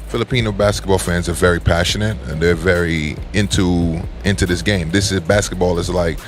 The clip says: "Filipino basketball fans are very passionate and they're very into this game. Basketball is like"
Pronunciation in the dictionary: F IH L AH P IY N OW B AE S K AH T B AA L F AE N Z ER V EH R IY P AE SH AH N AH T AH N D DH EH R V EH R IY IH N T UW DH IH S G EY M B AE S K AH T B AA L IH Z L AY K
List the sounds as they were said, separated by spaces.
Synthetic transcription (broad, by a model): F IH L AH P IY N OW B AE S K AH T B AA L F AE N Z ER V EH R IY P AE SH AH N AH T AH N DH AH R V EH R IY IH N T UW DH IH S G EY M B AE S K AH T B AA L IH Z L AY K